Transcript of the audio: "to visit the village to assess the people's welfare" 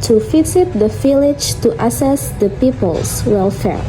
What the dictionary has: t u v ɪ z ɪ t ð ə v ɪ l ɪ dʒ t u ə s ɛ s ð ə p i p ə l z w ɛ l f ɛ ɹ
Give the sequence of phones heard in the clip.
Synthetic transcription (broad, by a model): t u f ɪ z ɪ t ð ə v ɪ l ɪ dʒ t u ə s ɛ s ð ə p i p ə l s w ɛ l f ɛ ɹ